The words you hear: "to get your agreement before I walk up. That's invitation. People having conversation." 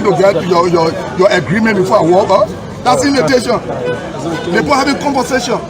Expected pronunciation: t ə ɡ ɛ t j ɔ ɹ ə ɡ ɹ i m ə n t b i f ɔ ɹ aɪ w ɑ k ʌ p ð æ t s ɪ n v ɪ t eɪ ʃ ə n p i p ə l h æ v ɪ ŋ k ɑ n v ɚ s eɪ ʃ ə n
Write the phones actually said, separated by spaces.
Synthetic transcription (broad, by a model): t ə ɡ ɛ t j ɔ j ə ɡ ɹ i m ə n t b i f ɔ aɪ w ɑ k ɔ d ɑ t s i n ɪ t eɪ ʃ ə n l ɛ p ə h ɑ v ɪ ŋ k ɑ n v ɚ s eɪ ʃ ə n